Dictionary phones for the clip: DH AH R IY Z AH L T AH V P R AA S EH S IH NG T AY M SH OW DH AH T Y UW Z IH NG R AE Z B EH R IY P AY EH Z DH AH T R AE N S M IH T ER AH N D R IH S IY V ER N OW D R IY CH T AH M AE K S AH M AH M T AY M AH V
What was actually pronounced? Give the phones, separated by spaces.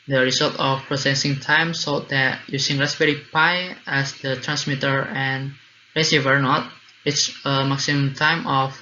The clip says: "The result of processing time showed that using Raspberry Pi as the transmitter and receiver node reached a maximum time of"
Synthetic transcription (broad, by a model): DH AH R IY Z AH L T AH F P R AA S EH S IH NG T AY M S OW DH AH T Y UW S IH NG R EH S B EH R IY P AY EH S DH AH T R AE N S M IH T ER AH N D R IH S IY V ER N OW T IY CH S AH M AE K S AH M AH M T AY M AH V